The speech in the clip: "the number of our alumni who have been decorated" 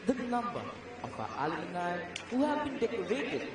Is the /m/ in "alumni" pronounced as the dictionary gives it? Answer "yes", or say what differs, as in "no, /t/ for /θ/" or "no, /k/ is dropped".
no, /m/ is dropped